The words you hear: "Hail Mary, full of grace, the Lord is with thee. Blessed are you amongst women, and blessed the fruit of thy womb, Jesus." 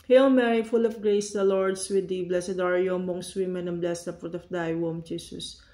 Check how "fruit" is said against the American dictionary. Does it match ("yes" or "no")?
no